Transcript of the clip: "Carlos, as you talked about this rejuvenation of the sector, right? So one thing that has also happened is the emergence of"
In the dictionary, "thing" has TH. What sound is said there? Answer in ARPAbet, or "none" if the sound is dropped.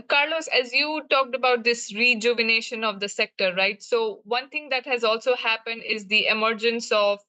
T